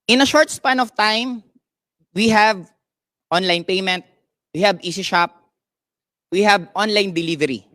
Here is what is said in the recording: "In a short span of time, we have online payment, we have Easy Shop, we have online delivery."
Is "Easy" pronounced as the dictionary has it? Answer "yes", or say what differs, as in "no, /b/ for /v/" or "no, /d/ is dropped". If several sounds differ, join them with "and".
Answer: no, /s/ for /z/